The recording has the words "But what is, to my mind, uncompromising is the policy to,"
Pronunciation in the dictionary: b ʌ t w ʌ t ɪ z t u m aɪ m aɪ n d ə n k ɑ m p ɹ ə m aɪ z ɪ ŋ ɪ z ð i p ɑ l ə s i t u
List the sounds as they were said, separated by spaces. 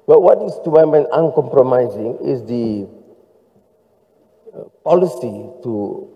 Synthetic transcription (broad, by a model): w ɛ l w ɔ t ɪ s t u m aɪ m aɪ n ə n k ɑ m p ɹ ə m aɪ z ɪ ŋ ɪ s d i p ɑ l ə s i t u